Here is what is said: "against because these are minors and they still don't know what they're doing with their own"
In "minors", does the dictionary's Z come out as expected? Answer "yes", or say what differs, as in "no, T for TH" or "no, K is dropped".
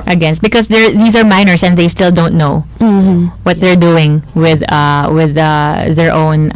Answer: no, S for Z